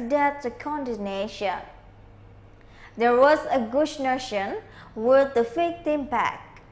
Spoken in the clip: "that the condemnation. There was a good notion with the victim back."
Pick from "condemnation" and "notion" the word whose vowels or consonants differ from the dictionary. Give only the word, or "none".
condemnation